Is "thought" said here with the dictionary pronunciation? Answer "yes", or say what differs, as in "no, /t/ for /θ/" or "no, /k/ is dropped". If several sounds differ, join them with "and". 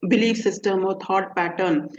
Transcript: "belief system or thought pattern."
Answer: no, /t/ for /θ/